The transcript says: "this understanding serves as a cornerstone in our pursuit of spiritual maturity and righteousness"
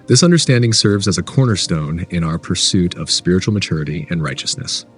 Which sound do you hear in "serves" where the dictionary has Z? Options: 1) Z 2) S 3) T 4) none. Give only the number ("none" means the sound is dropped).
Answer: 1